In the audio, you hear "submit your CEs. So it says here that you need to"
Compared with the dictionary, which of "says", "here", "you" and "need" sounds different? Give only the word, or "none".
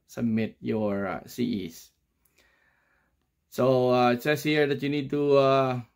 says